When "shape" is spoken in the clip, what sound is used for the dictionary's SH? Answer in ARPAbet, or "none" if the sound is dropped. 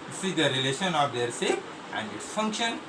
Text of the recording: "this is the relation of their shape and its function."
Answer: S